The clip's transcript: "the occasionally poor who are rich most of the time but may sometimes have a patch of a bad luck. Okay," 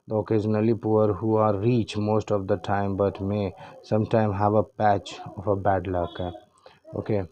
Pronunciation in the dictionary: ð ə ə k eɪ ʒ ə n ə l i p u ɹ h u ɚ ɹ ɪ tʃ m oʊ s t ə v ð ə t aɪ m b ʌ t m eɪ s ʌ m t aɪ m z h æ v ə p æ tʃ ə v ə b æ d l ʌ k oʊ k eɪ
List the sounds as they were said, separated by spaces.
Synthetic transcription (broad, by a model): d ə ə k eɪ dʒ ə n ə l i p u ɹ h u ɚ ɹ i tʃ m oʊ s t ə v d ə t aɪ m b ʌ t m eɪ s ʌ m t aɪ m h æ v ə p æ tʃ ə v ə b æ d l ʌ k oʊ k eɪ